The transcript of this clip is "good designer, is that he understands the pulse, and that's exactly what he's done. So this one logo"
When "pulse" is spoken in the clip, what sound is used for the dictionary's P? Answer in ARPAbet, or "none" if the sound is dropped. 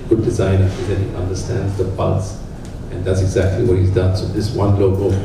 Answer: B